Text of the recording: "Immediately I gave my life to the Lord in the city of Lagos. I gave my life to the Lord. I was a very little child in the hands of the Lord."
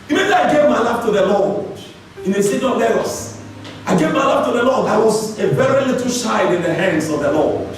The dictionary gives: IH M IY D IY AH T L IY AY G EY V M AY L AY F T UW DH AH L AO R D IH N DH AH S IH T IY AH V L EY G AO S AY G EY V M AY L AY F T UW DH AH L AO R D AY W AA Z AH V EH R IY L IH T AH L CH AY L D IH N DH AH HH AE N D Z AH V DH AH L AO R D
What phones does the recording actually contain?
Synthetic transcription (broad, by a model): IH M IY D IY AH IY G EY V M AY L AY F T UW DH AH L AO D IH N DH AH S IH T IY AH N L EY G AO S AY G EY V M AY L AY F T UW DH AH L AO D AY W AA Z AH V EH R IY L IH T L SH AY D IH N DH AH HH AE N D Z AH V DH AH L AO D